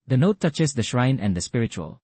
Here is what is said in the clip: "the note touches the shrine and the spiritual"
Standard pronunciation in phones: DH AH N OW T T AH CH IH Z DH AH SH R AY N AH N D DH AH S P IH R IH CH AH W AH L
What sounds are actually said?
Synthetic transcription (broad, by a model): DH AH N OW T T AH CH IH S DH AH SH R AY N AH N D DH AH S P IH R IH CH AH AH L